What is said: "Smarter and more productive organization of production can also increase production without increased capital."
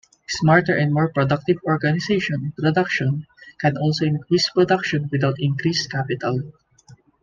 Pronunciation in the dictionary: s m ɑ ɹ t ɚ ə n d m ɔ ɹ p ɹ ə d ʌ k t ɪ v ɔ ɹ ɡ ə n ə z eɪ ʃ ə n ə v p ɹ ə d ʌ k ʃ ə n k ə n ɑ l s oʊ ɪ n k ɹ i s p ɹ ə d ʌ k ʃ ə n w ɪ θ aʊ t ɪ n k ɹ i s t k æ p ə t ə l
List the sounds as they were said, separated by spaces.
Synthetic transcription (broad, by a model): s m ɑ ɹ t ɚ ə n d m ɔ ɹ p ɹ ə d ʌ k t ɪ v ɔ ɹ ɡ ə n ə s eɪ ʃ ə n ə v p ɹ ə d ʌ k ʃ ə n k ə n ɑ l s oʊ ɪ n k ɹ i s p ɹ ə d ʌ k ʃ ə n w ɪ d aʊ t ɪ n k ɹ i s k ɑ p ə t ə l